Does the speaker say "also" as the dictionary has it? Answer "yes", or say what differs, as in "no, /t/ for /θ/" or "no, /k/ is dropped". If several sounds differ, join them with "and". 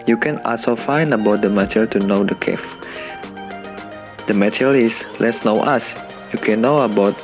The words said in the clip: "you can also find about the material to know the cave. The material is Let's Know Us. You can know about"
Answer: no, /l/ is dropped